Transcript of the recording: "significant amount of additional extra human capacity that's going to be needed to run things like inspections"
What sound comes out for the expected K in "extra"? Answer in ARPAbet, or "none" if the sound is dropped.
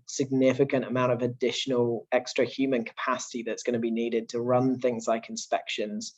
K